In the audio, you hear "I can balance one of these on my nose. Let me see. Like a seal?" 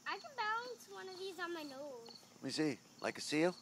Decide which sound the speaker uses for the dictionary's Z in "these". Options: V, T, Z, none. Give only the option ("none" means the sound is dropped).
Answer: Z